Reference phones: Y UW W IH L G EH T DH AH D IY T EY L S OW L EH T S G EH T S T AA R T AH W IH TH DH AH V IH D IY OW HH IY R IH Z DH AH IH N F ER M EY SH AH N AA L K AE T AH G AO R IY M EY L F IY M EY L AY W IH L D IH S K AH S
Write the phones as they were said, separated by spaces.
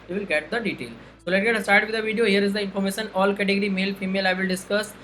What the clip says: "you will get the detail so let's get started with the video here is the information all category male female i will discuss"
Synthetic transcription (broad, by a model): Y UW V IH L G EH T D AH D IY T EY L S OW L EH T G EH T S T AA R T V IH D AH V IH D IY OW HH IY R IH Z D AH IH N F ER M EY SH AH N AA L K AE T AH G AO R IY M EY L F IY M EY L AY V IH L D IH S K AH S